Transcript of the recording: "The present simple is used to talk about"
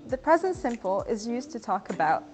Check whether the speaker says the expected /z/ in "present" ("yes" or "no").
yes